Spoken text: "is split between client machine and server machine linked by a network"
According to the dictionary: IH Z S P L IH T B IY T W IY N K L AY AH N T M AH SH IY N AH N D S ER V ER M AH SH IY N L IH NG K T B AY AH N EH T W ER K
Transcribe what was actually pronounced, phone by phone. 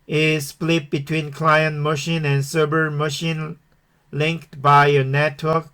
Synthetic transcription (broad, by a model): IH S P L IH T B IY T W IY N K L AY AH N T M AH SH IY N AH N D S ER B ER M AH SH IY N L IH NG K T B AY AH N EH T W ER K